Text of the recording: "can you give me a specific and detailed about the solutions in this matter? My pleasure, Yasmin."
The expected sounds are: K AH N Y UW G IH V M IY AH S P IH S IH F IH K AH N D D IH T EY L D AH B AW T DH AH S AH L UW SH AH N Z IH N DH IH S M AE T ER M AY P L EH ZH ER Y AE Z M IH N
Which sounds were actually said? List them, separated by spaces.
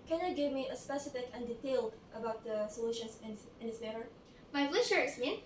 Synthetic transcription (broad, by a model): K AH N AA G IH V M IY AH S P IH S IH F IH K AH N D D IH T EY L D AH B AW T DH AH S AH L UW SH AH N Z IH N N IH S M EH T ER M AY F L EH SH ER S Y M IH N